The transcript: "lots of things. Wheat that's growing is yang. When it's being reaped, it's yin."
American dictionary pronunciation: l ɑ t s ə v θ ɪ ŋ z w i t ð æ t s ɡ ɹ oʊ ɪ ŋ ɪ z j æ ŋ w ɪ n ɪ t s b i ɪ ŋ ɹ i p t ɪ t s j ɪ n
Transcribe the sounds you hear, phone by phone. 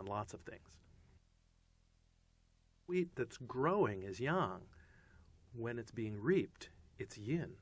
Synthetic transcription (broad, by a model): l ɑ t s ə v θ ɪ ŋ z w i t ð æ t s ɡ ɹ oʊ ɪ ŋ ɪ z j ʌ ŋ w ɪ n ɪ t s b i ɪ ŋ ɹ i p t ɪ t s j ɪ n